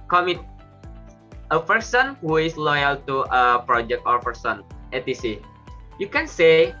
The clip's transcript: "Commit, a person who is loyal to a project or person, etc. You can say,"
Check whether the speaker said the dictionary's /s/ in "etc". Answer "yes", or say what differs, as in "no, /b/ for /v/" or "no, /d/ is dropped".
no, /s/ is dropped